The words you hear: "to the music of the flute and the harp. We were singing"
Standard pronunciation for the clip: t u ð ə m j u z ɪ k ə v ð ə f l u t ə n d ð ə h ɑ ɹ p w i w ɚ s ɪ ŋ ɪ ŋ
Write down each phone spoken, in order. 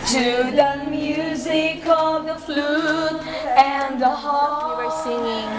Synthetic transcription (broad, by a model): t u ð ə m j u z ɪ k ə v ð ə f l u t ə n ð ə h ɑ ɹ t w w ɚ s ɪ ŋ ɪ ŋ